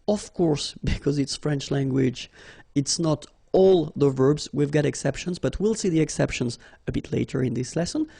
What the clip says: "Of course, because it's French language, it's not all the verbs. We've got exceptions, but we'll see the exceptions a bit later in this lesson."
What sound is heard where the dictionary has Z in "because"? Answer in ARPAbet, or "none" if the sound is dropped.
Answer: Z